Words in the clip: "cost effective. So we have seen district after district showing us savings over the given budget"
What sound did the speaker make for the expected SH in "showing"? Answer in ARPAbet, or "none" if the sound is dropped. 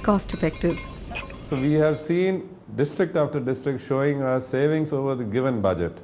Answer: SH